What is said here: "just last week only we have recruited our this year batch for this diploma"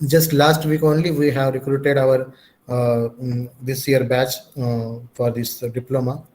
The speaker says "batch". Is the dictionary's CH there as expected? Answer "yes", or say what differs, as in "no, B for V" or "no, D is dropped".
yes